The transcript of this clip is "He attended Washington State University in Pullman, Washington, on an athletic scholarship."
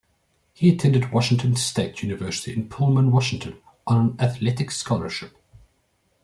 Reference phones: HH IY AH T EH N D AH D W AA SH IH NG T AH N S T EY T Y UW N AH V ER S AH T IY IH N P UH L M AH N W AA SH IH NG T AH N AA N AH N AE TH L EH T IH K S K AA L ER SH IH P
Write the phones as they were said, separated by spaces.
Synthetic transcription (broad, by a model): HH IY AH T EH N D AH D W AA SH IH NG T AH N S T EY T Y UW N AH V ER S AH T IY IH N P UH L M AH N W AA SH IH NG T AH N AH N AH N AE TH L EH T IH K S K AA L ER SH IH P